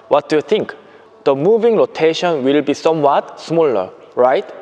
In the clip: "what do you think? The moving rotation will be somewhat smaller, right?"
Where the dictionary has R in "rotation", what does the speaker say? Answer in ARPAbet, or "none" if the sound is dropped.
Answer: L